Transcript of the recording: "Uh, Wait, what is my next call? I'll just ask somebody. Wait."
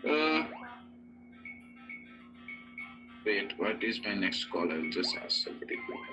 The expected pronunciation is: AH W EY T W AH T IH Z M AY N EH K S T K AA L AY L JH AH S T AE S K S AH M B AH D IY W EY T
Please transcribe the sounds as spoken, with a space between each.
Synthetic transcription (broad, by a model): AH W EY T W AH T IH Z M AY N EH K S T K AA L AY L JH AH S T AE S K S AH B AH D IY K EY